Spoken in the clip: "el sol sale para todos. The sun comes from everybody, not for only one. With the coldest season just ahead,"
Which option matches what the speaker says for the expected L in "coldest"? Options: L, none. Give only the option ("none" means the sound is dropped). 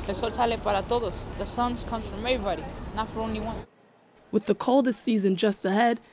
L